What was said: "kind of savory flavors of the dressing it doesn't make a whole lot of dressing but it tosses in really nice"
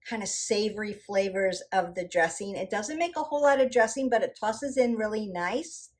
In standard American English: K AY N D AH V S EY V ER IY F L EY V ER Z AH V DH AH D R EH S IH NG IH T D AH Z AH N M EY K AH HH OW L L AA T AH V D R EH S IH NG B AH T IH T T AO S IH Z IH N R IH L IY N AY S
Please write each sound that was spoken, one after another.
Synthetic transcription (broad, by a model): K AY N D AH S EY V ER IY F L EY V ER Z AH V DH AH D R EH S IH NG IH T D AH Z AH N M EY K AH HH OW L L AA T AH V D R EH S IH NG B AH T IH T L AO S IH Z IH N R IH L IY N AY S